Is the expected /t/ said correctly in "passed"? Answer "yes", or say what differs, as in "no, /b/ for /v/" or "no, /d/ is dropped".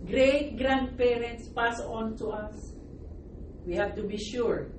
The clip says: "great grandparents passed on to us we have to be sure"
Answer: no, /t/ is dropped